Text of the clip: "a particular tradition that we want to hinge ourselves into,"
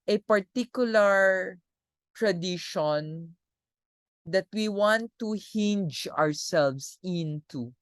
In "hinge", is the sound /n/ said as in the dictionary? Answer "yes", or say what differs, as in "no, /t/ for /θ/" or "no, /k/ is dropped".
yes